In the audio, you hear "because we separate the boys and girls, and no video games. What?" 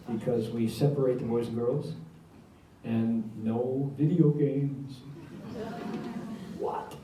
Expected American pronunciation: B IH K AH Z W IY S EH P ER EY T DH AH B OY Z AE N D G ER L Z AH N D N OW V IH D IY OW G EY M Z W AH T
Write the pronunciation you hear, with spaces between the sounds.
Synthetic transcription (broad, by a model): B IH K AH Z W IY S EH P ER EY T DH AH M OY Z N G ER L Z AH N N OW V IH D IY OW G EY M Z W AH T